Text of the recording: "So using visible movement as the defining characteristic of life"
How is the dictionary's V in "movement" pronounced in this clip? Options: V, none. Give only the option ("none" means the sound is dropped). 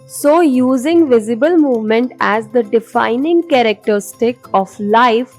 V